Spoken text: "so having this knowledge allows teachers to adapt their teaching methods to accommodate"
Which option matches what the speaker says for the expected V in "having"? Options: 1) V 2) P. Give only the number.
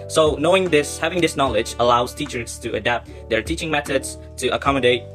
1